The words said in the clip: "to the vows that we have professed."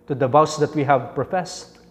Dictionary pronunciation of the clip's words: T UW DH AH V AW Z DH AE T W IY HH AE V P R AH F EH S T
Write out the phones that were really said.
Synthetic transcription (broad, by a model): T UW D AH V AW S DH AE T W IY HH AE V P R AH F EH S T